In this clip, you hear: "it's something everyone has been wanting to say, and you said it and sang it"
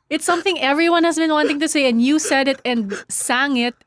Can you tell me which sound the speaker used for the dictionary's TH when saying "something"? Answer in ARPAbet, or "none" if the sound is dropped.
TH